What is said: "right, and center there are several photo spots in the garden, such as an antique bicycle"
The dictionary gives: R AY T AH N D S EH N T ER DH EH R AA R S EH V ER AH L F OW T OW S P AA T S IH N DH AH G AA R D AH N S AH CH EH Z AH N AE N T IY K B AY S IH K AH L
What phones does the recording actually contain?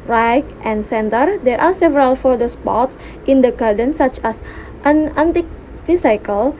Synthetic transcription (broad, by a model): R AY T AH N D S EH N T ER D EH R AA R S EH V ER AH L F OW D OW S P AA T S IH N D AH G AA R D AH N S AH CH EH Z AH N AE N T IY K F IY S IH K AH L